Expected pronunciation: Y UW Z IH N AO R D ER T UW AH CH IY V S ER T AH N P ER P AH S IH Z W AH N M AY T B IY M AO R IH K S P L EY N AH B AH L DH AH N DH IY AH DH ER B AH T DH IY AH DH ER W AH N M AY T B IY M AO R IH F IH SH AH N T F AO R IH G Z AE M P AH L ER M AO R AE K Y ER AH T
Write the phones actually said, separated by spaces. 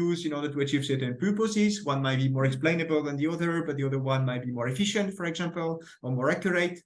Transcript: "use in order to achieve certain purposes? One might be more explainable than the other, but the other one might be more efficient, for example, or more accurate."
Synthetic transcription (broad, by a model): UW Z IH N AO R D ER T UW AH CH IY V S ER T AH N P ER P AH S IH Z W AH N M AY T B IY M AO R IH K S P L EY N AH B AH L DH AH N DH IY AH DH ER B AH T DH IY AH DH ER W AH N M AY T B IY M AO R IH F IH SH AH N T F AO R IH G Z AE M P AH L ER M AO R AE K Y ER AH T